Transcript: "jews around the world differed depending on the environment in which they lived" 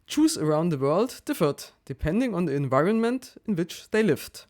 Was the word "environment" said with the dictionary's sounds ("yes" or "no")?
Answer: yes